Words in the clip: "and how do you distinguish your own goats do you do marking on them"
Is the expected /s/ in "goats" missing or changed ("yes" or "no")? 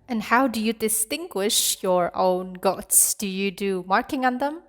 no